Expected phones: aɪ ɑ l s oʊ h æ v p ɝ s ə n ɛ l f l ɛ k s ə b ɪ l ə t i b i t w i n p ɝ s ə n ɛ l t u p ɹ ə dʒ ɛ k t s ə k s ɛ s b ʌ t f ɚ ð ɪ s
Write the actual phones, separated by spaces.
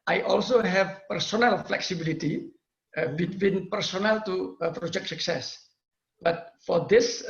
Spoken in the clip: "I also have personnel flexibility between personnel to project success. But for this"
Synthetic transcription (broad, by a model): aɪ ɑ l s oʊ h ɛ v p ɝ s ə n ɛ l f l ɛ k s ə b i l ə t i b i t w i n p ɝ s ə n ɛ l t u p ɹ ə dʒ ɛ k t s ə k s ɛ s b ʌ t f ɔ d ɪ s